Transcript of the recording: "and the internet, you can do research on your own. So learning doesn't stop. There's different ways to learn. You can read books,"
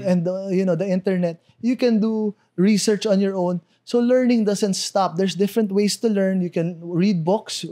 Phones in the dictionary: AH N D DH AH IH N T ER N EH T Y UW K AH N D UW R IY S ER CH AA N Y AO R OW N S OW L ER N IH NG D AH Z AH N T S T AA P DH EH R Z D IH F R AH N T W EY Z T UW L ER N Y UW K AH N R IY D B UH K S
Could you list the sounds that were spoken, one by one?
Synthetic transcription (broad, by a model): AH N D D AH IH N T ER N EH T Y UW K AH N D UW R IY S ER CH AA N Y AO R OW N S OW L ER N IH NG D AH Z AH N T S T AA P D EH R S D IH F R AH N T W EY S T UW L ER N Y UW K AH N R IY D B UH K S